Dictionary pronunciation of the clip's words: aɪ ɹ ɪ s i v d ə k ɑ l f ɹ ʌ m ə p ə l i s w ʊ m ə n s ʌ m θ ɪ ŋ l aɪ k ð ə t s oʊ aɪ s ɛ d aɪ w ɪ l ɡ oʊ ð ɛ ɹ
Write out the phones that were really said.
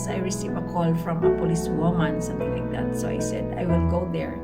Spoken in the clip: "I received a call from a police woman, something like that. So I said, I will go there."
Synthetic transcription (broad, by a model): aɪ ɹ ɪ s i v ə k ɑ l f ɹ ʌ m ə p ə l i s w ʊ m ə n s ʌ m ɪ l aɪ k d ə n s oʊ aɪ s ɛ d aɪ w ɪ l ɡ oʊ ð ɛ ɹ